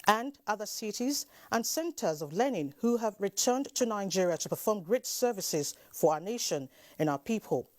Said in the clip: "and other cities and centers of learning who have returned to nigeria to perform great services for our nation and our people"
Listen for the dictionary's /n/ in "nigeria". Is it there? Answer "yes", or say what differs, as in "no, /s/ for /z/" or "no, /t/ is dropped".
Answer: yes